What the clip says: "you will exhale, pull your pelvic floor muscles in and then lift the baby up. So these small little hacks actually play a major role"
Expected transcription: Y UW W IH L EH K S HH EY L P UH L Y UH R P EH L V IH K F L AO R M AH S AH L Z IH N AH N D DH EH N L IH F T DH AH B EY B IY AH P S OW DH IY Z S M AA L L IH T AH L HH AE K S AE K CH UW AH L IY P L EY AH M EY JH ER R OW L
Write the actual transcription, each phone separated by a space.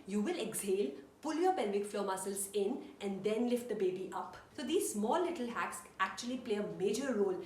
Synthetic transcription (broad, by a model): Y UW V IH L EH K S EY L P UH L Y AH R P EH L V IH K F L AO R M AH S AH L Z IH N AH N D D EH N L IH F T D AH B EY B IY AH P S OW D IY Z S M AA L L IH T AH L HH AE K S AE K CH UW AH L IY P L EY AH M EY JH ER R OW L